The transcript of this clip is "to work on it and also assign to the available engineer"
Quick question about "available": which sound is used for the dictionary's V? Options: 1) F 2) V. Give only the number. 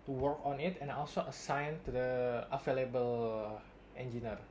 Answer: 1